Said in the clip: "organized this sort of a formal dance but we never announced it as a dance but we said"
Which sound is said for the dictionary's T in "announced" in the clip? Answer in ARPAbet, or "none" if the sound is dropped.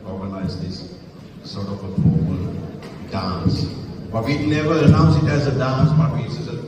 none